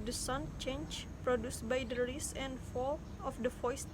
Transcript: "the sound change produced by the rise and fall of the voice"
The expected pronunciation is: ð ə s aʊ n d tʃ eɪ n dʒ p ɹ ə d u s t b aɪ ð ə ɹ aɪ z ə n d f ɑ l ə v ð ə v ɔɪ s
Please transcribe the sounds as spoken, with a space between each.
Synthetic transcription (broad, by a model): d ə s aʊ n tʃ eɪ n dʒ p ɹ ə d u s t b aɪ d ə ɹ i s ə n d f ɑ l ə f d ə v ɔɪ s